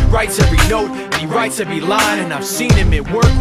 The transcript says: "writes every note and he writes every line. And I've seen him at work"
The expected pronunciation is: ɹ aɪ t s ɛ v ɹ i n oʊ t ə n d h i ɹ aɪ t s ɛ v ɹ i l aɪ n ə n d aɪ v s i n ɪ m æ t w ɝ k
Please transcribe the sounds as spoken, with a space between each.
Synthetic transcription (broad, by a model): ɹ aɪ t s ɛ v ɹ i n oʊ t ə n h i ɹ aɪ t s ɛ v ɹ i l aɪ ə n aɪ v s i n ɪ m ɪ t w ɝ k